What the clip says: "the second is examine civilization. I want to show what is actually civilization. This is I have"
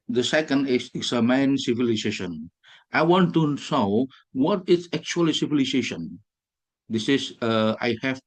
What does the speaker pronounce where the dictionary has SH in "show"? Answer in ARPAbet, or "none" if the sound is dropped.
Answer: S